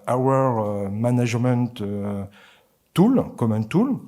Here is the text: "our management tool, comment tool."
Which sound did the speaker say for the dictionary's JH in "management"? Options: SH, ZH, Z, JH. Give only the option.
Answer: ZH